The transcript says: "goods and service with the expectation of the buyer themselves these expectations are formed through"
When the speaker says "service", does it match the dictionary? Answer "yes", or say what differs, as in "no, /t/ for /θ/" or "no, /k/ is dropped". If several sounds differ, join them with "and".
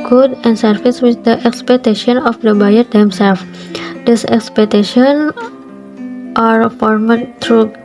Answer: no, /f/ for /v/